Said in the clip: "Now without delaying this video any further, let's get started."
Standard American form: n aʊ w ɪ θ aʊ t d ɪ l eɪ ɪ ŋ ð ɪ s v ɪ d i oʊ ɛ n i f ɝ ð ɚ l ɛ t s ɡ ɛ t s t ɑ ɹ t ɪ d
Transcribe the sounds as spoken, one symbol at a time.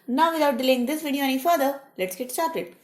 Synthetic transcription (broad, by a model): n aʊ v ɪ t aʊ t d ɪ l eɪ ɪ ŋ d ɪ s v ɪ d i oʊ ɛ n i f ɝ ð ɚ l ɛ t s ɡ ɛ t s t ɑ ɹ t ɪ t